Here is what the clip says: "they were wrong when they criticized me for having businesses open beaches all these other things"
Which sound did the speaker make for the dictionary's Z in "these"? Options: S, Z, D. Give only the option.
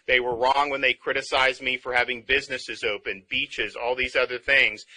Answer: Z